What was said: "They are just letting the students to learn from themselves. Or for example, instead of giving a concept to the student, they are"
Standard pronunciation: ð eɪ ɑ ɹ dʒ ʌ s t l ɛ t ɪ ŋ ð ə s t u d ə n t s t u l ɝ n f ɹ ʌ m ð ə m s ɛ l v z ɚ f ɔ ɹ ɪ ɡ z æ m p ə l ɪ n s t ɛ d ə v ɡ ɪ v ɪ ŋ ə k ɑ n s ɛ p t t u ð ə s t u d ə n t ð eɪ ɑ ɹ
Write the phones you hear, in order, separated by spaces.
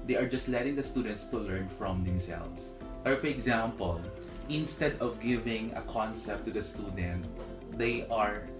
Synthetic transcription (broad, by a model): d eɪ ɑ ɹ dʒ ʌ s t l ɛ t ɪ ŋ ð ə s t u d ə n t s t u l ɝ n f ɹ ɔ m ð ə m s ɛ l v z ɚ f ɔ ɹ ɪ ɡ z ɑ m p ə l ɪ n s t ɛ d ə v ɡ ɪ v ɪ ŋ ə k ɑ n s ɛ p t t u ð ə s t u d ə n t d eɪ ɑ ɹ